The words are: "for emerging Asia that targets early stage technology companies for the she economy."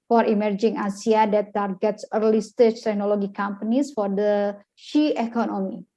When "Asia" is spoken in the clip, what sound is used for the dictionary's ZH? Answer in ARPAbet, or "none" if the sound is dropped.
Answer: S